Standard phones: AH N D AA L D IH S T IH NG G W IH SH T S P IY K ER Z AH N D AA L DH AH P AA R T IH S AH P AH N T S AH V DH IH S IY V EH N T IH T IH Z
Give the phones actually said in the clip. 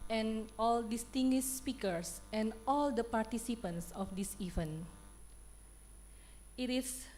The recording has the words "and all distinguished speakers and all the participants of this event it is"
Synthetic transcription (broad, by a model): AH N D AA L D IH S T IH NG G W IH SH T S P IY K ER S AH N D AA L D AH P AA R T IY S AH P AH N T S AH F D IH S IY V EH N IH T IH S